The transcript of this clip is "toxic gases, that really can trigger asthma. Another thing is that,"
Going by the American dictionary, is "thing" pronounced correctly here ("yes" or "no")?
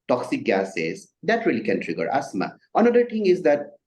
no